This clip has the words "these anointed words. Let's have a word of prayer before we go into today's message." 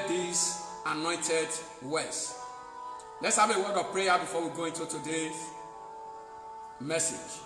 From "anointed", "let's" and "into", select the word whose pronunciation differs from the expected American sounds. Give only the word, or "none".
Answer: none